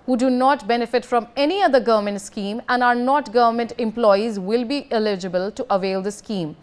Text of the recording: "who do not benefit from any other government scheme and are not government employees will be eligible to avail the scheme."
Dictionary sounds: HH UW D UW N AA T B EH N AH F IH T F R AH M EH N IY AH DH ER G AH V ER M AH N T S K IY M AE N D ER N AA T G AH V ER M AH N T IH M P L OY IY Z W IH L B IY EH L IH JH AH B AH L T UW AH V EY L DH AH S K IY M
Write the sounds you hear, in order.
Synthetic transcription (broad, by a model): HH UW D UW N AA T B EH N AH F IH T F R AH M EH N IY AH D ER G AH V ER M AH N T S K IY M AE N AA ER N AA T G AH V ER M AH N T IH M P L OY IY Z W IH L B IY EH L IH JH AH B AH L T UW AH V EY L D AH S K IY M